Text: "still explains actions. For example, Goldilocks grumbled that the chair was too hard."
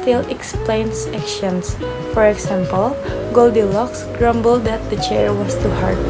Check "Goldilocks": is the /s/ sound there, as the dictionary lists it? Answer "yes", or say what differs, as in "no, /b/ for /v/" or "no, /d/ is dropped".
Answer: yes